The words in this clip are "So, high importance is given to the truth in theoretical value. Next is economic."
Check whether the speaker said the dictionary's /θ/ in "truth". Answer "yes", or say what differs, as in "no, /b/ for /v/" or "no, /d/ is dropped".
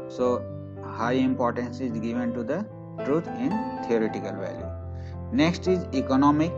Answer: no, /t/ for /θ/